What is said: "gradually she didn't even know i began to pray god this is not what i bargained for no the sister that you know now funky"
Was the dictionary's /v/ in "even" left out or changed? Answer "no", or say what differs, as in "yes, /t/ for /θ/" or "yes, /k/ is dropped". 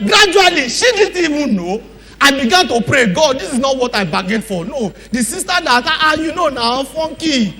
yes, /w/ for /v/